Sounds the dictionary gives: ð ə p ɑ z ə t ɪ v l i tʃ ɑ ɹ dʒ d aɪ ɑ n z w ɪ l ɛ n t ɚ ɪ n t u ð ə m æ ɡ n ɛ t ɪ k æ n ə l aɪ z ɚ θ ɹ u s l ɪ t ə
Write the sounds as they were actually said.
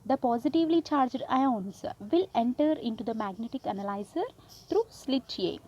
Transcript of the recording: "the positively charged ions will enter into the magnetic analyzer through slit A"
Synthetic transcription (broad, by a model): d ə p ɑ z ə t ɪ v l i tʃ ɑ ɹ dʒ d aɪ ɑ n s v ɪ l ɛ n t ɚ ɪ n t u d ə m æ ɡ n ɛ t ɪ k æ n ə l aɪ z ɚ t ɹ u s l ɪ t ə